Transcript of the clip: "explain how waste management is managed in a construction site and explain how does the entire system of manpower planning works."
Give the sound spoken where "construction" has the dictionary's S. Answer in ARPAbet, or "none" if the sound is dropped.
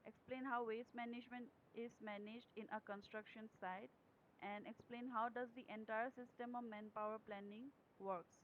S